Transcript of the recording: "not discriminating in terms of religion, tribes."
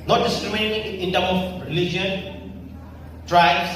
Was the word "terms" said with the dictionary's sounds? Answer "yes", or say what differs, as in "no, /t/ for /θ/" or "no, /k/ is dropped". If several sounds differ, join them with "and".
no, /z/ is dropped